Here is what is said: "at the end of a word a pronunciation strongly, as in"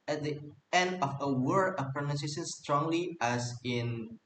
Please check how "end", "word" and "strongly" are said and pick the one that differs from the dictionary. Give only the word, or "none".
word